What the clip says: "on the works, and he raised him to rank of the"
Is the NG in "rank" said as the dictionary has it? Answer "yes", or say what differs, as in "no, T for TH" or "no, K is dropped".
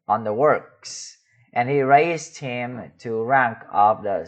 yes